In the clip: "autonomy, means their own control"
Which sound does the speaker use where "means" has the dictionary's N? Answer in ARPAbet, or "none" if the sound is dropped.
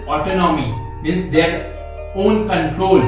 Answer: none